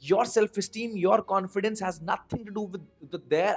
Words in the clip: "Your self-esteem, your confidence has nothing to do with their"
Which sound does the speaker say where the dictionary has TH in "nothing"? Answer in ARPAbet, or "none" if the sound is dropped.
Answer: T